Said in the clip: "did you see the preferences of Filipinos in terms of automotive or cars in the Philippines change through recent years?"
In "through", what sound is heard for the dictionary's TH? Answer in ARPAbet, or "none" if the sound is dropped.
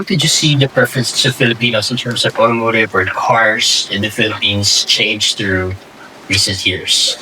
TH